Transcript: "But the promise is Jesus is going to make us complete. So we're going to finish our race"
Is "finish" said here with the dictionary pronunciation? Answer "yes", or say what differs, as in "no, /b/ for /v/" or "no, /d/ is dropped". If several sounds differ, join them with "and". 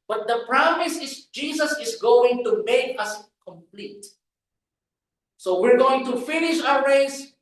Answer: yes